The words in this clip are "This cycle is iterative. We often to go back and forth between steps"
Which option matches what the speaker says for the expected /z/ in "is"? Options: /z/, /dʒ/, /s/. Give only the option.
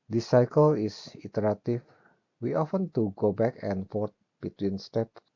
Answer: /s/